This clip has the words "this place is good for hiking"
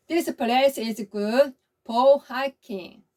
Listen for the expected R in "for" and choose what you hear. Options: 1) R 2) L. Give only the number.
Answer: 2